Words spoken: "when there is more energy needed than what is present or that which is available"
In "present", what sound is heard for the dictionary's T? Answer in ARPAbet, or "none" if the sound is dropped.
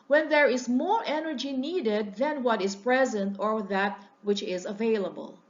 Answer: T